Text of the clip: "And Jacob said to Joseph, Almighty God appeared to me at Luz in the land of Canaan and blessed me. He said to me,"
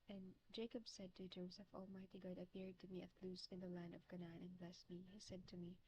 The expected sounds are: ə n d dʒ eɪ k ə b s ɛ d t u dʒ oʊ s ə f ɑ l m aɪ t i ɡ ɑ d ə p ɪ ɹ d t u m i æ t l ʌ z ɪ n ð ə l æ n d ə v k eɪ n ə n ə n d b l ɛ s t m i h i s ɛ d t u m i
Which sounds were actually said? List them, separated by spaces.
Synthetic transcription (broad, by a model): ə n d dʒ eɪ k ə b s ɛ d t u dʒ oʊ s ə f ɑ l m aɪ t i ɡ ɑ d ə p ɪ ɹ d t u m i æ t l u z ɪ n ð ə l æ n d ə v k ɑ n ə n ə n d b l ɛ s t m i h i s ɛ d t u m i